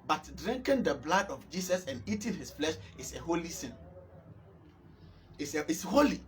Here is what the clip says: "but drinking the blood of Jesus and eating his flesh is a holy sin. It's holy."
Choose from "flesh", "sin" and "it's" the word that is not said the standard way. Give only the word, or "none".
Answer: it's